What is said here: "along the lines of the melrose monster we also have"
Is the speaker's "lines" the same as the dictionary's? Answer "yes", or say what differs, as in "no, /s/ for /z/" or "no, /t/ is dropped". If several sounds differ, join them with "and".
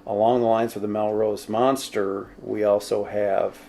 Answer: yes